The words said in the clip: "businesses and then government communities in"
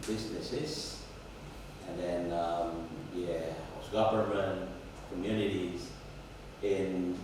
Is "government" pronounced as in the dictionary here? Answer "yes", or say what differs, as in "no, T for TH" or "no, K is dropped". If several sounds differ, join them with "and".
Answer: no, P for V